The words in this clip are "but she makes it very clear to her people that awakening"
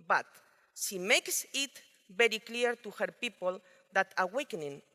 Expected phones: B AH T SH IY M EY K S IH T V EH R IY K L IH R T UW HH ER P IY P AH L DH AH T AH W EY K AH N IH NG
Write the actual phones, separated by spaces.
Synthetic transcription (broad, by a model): B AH T SH IY M EY K S IH T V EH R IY K L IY R T UW HH ER P IY P AH L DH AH T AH W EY K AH N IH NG